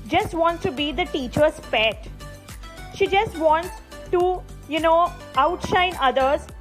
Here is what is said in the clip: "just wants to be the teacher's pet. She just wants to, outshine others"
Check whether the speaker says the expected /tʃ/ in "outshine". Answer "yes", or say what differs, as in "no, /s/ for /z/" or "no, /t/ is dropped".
yes